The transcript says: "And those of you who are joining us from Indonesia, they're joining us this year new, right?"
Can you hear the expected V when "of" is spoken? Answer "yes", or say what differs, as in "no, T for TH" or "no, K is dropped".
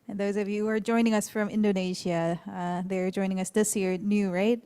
yes